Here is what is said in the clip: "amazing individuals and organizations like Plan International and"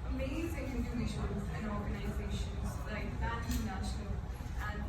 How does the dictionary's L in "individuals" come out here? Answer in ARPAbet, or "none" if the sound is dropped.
none